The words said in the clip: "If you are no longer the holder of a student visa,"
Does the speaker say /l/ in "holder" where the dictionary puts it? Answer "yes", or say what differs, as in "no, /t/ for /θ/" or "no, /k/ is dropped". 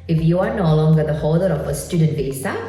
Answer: no, /l/ is dropped